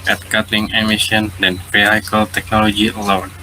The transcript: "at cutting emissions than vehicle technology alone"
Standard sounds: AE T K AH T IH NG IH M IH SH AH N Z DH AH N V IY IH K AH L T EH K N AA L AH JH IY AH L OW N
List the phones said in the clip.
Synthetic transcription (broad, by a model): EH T K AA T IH NG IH M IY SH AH N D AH N P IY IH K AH L T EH K N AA L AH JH IY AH L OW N